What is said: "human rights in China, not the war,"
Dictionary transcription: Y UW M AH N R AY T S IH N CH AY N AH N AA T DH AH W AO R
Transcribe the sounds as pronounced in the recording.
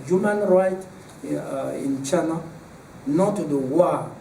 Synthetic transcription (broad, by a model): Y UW M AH N R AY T IH N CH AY N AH N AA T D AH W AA